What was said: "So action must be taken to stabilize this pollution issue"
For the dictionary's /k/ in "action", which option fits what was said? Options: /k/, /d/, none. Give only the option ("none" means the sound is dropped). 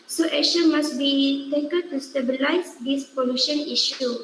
none